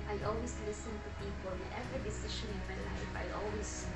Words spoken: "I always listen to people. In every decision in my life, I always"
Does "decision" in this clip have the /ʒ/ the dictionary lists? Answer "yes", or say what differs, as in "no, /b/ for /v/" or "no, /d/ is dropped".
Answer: no, /ʃ/ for /ʒ/